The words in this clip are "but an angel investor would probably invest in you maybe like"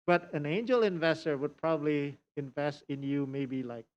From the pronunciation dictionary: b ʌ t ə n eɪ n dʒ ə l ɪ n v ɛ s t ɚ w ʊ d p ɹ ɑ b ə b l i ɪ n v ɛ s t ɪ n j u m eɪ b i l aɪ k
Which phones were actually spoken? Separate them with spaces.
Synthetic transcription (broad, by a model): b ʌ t ə n eɪ n dʒ ə l ɪ n v ɛ s t ɚ w ʊ d p ɹ ɑ b ə b l i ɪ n v ɛ s t ɪ n j u m eɪ b i l aɪ k